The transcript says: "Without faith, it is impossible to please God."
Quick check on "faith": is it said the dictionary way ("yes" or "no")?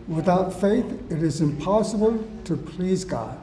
yes